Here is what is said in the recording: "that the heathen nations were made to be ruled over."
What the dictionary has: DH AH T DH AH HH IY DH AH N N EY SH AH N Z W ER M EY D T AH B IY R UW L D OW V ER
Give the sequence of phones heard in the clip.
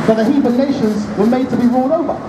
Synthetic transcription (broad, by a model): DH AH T DH AH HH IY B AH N N EY SH AH N Z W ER M EY D T AH B IY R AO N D OW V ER